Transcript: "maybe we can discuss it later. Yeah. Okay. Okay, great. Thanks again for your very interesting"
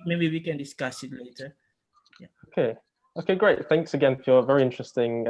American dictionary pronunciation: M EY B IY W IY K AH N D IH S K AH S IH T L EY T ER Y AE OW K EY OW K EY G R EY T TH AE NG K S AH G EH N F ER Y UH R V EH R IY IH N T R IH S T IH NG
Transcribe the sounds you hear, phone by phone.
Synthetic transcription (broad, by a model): M EY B IY W IY K AH N D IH S K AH S IH T L EY T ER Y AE OW K EY OW K EY G R EY T TH AE NG K S AH G EH N F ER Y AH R V EH R IY IH N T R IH S T IH NG